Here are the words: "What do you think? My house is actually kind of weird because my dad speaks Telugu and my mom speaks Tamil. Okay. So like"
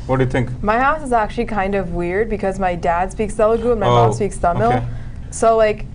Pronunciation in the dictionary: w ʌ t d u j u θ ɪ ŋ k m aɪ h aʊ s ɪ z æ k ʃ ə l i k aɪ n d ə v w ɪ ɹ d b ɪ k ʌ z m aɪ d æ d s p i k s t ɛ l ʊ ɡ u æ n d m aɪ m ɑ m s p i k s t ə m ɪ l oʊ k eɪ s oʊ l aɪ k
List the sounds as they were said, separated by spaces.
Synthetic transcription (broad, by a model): w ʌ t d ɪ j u θ ɪ ŋ k m aɪ h aʊ s ɪ z æ k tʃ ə l i k aɪ n d ə v w ɪ ɹ d b ɪ k ʌ z m aɪ d æ d s p i k s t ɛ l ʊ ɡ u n m aɪ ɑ s p i k s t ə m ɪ l s oʊ l aɪ k